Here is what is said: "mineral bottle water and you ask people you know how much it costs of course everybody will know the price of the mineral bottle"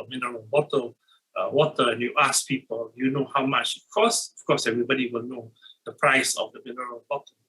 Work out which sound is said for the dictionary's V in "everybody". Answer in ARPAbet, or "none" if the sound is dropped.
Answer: V